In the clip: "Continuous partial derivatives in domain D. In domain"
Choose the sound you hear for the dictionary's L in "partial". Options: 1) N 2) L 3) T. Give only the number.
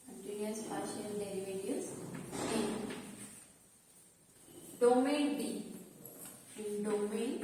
1